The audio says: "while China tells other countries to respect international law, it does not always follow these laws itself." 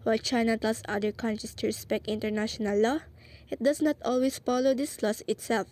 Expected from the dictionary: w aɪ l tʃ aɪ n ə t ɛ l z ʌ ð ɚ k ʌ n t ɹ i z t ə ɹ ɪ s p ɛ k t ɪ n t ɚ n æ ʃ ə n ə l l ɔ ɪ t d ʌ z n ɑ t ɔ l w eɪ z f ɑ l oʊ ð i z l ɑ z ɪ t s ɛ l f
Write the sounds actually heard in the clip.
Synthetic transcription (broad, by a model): w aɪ l tʃ aɪ n ə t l s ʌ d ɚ k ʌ n t ɹ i s t ə ɹ ɪ s p ɛ k t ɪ n t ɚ n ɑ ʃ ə n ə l l ɔ ɪ t d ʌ s n ɑ t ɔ l w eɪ s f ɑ l oʊ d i s l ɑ s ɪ t s ɛ l f